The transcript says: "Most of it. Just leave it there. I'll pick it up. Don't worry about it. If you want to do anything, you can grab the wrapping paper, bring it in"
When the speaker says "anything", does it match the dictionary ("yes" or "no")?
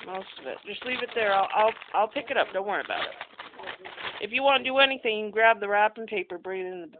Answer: yes